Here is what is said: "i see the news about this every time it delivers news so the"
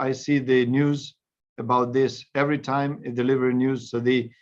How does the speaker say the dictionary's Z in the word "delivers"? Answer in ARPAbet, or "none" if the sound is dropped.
none